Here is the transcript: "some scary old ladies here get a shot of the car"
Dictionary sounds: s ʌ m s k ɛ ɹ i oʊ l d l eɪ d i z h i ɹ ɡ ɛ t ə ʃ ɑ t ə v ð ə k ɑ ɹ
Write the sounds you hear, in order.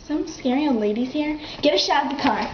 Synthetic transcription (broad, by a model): s ʌ m s k ɛ ɹ i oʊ d l eɪ d i z h i ɹ ɡ ɛ t ə ʃ ɑ t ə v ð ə k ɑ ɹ